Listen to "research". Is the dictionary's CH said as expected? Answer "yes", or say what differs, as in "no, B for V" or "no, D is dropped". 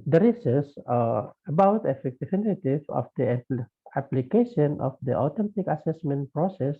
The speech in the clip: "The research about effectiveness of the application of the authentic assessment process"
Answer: no, S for CH